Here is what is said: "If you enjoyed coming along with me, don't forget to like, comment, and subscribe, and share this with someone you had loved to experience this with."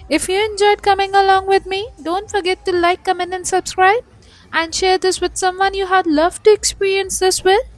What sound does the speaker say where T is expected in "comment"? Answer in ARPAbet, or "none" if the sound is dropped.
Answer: none